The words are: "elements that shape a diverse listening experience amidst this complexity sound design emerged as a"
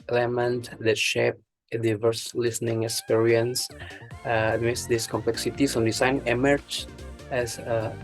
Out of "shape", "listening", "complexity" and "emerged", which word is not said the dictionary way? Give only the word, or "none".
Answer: emerged